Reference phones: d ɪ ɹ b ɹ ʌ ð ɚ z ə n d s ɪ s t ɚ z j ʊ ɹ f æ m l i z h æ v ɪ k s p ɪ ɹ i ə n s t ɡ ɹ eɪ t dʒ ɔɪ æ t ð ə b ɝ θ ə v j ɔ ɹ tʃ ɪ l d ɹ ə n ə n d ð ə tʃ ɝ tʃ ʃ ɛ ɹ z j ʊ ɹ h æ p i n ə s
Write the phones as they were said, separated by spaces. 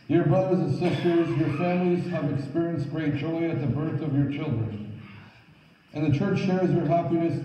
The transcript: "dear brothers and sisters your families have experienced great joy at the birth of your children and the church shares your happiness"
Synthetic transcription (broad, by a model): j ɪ ɹ b ɹ ʌ ð ɚ z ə n s ɪ s t ɚ z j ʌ ɹ f æ m l i z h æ v ɪ k s p ɪ ɹ i ə n s t ɡ ɹ eɪ t dʒ ɔɪ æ t ð ə b ɝ θ ə v j ɔ ɹ tʃ ɪ l d ɹ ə n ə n ð ə tʃ ɝ tʃ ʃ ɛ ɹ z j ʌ ɹ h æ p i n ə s